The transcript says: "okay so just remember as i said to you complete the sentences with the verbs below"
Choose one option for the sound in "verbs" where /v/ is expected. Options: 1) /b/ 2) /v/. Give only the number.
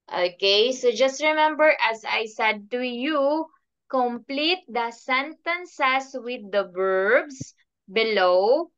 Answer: 1